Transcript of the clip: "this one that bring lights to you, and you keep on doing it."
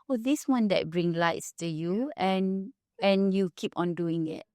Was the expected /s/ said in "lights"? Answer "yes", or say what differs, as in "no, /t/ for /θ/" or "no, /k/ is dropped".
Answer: yes